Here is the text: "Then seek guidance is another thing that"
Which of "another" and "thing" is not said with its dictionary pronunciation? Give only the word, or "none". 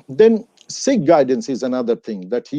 none